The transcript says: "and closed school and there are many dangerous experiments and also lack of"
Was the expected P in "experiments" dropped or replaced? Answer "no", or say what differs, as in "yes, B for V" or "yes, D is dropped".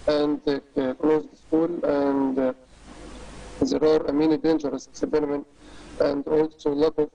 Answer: yes, B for P